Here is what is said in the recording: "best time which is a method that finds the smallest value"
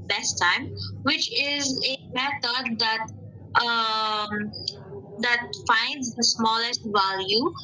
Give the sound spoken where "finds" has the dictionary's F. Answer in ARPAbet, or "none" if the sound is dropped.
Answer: F